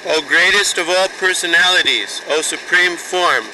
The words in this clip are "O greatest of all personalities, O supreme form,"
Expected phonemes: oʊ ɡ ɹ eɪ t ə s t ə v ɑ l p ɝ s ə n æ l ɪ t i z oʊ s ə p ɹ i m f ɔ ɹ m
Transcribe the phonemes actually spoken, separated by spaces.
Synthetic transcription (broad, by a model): oʊ ɡ ɹ eɪ t ə s t ə v ɑ l p ɝ s ə n æ l ɪ t i z oʊ s ə p ɹ i m f ɔ ɹ m